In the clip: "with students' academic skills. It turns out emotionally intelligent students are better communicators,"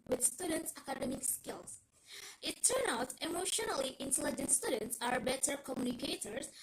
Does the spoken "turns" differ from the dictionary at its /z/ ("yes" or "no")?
yes